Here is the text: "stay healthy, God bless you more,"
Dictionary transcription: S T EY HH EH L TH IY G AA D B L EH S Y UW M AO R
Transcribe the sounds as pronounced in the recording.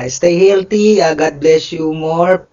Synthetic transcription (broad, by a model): S T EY HH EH L T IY G AA D B L EH S Y UW M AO R